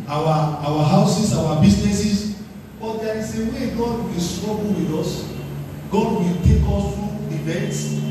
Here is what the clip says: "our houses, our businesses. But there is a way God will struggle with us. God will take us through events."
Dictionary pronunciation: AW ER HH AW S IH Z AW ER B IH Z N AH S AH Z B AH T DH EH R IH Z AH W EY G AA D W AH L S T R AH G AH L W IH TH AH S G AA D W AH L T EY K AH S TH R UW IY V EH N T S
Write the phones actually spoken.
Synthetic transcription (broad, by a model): AW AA HH AW S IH S AW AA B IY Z N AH S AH S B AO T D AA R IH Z AH W EY G AA D W AH L S T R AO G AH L W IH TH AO S G AA D W AH L T EY K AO S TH R UW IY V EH N T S